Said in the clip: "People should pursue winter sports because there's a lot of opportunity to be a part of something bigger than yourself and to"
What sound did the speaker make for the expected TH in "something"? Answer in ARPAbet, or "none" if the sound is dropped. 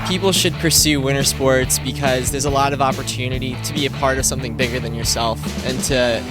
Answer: TH